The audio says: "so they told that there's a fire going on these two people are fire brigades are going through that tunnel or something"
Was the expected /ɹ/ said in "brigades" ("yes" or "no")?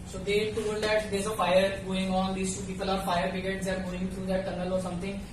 no